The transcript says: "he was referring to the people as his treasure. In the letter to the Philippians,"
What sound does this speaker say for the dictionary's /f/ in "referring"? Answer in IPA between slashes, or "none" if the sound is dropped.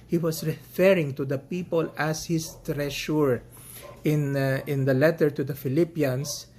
/f/